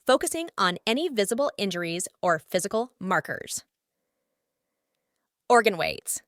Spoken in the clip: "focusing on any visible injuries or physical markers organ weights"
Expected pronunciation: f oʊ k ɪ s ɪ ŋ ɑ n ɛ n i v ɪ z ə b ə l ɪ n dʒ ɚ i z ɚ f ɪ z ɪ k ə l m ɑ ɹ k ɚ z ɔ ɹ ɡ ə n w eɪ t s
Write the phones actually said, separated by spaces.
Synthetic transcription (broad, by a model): f oʊ k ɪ s ɪ ŋ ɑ n ɛ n i v ɪ z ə b l ɪ n dʒ ɚ i z ɚ f ɪ z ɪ k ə l m ɑ ɹ k ɚ z ɔ ɹ ɡ ə n w eɪ t s